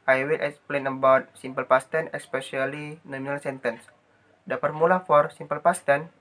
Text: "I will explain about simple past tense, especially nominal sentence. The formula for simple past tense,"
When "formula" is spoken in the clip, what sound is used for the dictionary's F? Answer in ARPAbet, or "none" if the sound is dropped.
P